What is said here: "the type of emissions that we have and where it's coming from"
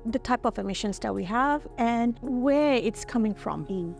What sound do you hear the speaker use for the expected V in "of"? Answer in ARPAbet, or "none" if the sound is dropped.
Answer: V